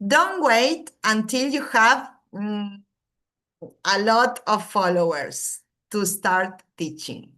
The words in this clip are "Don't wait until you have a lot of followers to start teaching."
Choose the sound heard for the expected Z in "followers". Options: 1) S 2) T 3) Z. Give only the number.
1